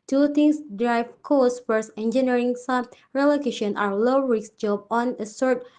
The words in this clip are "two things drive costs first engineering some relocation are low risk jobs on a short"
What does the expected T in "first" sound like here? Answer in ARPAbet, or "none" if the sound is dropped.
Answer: none